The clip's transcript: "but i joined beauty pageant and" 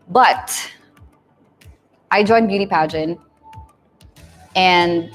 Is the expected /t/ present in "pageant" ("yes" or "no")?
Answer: no